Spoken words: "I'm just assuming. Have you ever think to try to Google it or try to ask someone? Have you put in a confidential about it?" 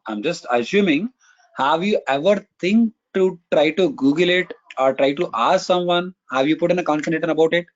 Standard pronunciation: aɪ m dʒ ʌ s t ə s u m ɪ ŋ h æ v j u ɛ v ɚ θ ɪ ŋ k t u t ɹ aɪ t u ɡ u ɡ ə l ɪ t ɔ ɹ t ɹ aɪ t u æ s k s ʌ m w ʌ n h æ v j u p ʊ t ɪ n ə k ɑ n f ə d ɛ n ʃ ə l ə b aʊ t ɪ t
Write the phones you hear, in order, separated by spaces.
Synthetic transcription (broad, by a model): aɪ m dʒ ʌ s t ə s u m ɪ ŋ h æ v j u ɛ v ɚ t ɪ ŋ k t u t ɹ aɪ t u ɡ u ɡ ə l ɪ t ɔ ɹ t ɹ aɪ t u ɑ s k s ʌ m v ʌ n h æ v j u p ʊ t ɪ n ə k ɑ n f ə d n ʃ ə n ə b aʊ t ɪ t